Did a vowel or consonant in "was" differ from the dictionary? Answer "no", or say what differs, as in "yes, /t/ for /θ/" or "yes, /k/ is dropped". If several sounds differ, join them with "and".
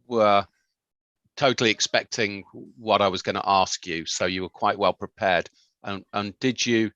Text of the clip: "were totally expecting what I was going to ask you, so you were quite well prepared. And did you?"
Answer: no